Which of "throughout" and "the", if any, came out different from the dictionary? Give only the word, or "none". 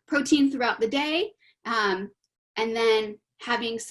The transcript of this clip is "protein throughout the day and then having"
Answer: none